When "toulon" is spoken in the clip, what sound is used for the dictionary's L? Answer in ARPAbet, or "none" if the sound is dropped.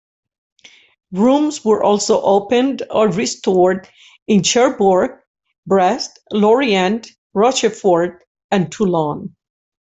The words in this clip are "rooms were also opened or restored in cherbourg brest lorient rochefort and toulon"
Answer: L